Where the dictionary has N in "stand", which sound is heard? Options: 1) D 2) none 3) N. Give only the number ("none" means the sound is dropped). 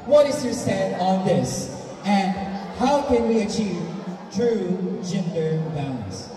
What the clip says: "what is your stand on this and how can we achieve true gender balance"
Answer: 2